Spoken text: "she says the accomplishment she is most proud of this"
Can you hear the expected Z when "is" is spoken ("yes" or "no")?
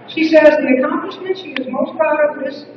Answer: yes